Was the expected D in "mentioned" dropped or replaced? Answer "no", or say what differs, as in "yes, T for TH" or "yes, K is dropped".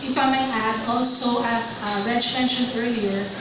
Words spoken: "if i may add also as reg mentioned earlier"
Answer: yes, D is dropped